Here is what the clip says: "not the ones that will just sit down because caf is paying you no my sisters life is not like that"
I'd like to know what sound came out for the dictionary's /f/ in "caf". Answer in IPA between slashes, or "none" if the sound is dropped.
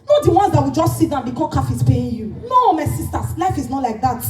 /f/